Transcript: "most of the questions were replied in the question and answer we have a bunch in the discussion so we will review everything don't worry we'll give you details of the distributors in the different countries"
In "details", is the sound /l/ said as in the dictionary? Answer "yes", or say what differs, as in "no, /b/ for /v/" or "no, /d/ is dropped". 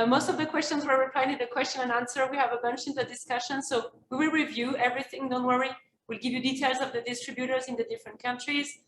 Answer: yes